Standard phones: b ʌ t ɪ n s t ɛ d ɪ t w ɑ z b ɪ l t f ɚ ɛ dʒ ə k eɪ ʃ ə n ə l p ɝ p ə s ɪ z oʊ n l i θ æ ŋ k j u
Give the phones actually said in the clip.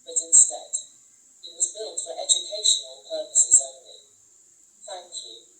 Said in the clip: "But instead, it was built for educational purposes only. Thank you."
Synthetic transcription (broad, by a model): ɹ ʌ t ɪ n s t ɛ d ɪ t w ɑ z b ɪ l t f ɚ ɛ dʒ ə k eɪ ʃ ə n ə n p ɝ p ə s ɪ z oʊ n l i θ æ ŋ k j u